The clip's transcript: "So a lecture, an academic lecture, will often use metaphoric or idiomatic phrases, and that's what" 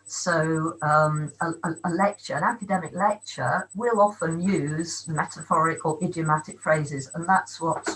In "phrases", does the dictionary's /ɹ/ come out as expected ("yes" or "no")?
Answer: yes